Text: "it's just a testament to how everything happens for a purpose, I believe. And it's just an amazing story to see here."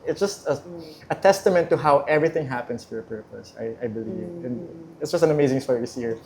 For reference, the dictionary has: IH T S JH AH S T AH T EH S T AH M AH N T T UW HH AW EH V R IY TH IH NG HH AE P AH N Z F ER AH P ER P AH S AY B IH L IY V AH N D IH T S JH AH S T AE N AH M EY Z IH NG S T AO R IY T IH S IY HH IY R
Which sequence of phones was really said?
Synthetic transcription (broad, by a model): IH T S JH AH S T AH T EH S T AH M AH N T T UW HH AW EH V R IY TH IH NG HH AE P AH N S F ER AH P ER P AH S AY B IH L IY V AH N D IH T S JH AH S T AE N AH M EY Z IH NG S T AO R IY T IH S IY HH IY R